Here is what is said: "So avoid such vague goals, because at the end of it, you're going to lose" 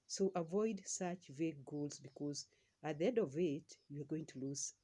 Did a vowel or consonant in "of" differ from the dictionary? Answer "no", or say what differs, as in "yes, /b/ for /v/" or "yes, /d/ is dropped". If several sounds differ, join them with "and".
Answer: no